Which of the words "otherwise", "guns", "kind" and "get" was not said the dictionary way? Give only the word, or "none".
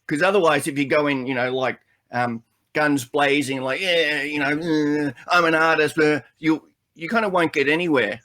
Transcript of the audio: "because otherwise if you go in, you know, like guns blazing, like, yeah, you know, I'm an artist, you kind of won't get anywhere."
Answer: none